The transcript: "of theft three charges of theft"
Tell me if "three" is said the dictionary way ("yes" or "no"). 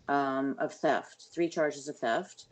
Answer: yes